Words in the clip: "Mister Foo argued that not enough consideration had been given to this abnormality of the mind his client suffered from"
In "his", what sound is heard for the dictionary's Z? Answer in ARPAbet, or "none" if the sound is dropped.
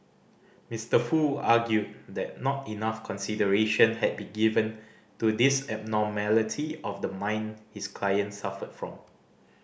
S